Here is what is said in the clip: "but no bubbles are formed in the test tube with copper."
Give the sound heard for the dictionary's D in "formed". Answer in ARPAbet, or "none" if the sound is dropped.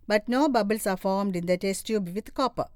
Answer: D